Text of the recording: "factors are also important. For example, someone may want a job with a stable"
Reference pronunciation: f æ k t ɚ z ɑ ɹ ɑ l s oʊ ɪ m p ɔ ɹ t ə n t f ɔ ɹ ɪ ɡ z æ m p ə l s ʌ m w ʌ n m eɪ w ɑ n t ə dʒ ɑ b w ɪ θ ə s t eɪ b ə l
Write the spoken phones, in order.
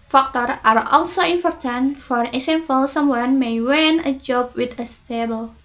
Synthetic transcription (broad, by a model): f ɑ k t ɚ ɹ ɑ ɹ ɑ l s oʊ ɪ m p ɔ ɹ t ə n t f ɔ ɹ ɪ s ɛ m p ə l s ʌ m w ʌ n m eɪ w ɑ n ə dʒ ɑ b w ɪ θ ə s t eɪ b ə l